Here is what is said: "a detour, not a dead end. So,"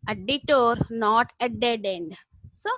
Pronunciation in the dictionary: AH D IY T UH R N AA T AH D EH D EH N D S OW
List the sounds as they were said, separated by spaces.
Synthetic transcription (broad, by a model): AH D IY T UH R N AA T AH D EH D EH N D S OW